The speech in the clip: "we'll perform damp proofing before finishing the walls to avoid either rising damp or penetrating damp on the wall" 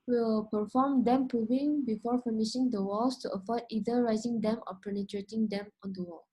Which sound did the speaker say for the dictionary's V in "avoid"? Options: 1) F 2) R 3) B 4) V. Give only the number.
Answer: 1